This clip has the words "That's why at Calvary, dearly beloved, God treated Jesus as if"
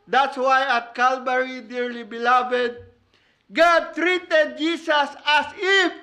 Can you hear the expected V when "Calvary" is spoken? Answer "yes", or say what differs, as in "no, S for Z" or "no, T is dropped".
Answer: no, B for V